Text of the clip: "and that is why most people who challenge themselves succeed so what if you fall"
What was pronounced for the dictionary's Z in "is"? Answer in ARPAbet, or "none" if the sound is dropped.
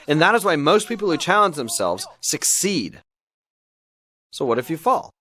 Z